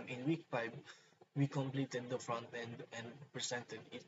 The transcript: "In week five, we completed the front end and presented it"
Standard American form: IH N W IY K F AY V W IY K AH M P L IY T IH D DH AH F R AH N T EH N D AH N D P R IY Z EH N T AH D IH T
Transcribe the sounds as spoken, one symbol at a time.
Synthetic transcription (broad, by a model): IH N W IY K P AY B W IY K AH M P L IY T IH D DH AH F R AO N T EH N D AH N D P R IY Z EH N T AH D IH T